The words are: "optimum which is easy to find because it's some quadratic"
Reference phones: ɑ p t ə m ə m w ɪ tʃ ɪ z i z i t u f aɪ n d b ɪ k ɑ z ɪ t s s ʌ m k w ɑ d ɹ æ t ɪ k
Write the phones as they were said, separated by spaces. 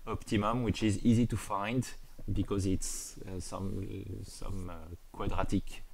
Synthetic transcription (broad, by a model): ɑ p t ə m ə m w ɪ tʃ ɪ z i z i t u f aɪ n d b ɪ k ɑ z ɪ t s s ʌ m k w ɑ d ɹ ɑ t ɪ k